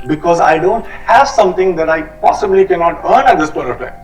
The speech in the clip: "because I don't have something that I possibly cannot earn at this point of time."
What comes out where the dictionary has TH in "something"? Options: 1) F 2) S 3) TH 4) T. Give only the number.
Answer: 4